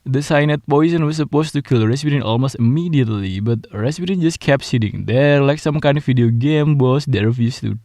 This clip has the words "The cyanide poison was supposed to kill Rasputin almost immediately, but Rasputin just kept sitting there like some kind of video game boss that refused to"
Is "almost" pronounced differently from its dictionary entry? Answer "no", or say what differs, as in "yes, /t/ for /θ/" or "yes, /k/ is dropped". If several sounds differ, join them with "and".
no